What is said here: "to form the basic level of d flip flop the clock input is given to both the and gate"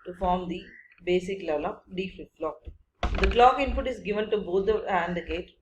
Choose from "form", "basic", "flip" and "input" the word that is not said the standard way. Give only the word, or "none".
flip